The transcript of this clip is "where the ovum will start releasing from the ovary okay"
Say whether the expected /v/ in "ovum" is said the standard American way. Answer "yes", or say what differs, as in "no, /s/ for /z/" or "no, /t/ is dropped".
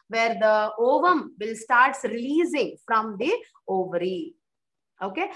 yes